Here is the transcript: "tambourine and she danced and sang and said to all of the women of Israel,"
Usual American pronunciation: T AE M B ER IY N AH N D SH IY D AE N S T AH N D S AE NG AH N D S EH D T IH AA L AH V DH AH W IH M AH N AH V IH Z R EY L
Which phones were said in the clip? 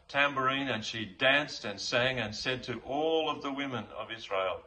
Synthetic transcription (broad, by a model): T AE M B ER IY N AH N SH IY D AE N S T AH N S AE NG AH N S EH D T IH AA L AH V DH AH W IH M AH N AH V IH Z R EY L